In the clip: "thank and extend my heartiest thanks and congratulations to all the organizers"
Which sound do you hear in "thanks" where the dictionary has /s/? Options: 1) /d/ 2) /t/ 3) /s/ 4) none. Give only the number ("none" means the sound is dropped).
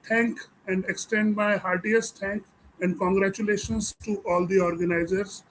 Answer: 4